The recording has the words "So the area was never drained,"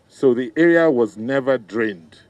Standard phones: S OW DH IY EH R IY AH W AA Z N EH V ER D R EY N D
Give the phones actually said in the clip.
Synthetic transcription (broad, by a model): S OW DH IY EH R IY AH W AA Z N EH V ER D R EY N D